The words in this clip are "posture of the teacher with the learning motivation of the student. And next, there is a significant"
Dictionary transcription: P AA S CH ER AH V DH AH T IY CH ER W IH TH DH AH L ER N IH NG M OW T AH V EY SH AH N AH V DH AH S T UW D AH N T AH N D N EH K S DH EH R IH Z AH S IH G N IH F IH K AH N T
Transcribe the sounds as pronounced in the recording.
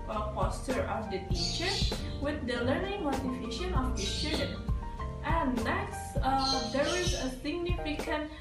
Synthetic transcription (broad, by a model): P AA S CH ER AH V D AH T IY CH ER W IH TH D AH L ER N IH NG M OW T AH F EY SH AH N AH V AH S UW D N T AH N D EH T S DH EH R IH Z AH S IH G N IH F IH K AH N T